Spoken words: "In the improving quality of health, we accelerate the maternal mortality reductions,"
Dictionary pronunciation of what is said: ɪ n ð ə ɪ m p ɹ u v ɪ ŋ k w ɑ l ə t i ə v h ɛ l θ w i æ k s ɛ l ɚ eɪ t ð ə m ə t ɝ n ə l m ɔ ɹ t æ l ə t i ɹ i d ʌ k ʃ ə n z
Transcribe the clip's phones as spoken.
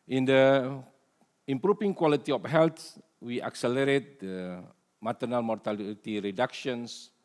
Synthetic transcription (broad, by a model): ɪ n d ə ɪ m p ɹ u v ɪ ŋ k w ɑ l ə t i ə f h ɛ l t w i æ k s ɛ l ɚ eɪ t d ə m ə t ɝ n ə l m ɔ ɹ t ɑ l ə t i ɹ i d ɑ k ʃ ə n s